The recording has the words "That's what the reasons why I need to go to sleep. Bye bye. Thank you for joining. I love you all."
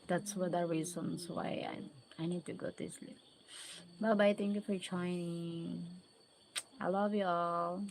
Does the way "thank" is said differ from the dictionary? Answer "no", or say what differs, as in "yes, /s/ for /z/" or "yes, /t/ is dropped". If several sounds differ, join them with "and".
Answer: yes, /t/ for /θ/